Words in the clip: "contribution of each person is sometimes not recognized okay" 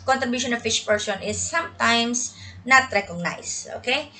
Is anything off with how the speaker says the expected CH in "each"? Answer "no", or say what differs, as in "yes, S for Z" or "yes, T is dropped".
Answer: yes, SH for CH